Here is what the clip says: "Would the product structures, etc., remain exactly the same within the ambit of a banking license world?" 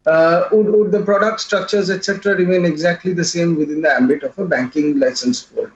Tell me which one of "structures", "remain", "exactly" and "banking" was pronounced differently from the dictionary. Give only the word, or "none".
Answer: none